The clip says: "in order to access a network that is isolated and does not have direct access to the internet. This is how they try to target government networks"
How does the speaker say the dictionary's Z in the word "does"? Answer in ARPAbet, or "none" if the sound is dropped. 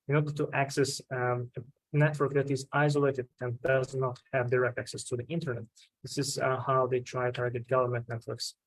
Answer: Z